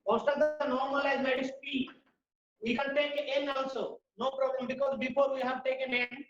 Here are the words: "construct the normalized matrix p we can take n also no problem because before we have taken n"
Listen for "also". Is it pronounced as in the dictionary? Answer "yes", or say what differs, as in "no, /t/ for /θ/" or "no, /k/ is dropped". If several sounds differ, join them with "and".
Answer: no, /l/ is dropped